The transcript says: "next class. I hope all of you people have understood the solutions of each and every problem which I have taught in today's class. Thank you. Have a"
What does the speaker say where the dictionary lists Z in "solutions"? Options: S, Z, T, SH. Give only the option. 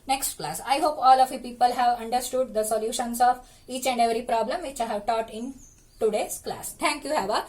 S